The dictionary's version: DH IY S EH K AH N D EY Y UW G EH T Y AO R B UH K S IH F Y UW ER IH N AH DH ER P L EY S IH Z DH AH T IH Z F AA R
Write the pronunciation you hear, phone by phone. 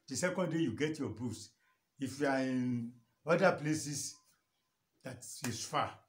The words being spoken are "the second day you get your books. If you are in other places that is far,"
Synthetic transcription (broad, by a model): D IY S EH K AH N D EY Y UW G EH T Y AO B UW S IH F Y UW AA IH N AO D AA P L EY S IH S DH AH T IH S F AA